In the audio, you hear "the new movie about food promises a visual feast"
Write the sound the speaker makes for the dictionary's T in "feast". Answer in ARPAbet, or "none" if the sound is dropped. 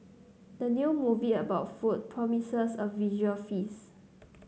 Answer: none